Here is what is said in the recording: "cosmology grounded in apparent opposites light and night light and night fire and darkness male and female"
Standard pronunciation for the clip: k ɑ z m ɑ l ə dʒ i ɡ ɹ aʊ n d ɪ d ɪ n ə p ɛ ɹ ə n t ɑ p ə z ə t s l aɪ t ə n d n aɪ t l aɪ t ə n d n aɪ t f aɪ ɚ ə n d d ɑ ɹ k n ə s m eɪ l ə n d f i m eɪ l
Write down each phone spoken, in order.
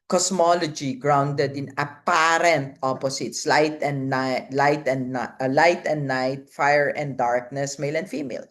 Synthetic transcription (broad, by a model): k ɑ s m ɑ l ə dʒ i ɡ ɹ aʊ n d ɪ d ɪ n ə p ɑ ɹ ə n t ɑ p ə s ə t s l aɪ t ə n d l aɪ t l aɪ t ə n d n aɪ t f aɪ ɚ ə n d d ɑ ɹ k n ə s m eɪ l ə n d f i m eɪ l